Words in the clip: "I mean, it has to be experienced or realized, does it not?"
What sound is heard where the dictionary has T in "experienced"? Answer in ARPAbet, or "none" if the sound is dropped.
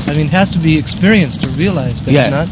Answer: T